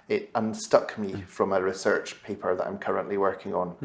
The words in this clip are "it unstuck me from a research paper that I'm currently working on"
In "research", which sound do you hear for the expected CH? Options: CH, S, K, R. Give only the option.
CH